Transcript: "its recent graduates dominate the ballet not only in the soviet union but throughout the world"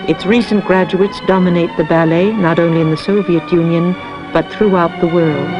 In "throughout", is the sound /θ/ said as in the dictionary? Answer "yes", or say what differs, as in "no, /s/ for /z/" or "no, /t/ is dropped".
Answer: yes